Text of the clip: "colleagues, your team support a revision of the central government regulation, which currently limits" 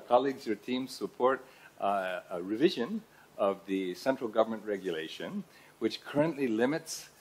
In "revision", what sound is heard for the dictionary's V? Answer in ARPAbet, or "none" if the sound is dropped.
V